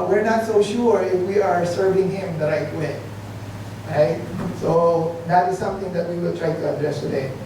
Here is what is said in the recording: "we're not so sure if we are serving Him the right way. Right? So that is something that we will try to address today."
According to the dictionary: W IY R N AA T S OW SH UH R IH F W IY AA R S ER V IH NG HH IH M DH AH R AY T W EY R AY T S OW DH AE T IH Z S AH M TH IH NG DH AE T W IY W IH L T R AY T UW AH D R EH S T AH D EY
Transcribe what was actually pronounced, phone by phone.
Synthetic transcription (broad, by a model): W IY R N AA T S OW SH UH R IH F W IY AA R S ER V IH NG HH IH M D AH R AY T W EY R AY T S OW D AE T IH Z S AH M T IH NG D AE T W IY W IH L T R AY T UW AH D R EH S T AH D EY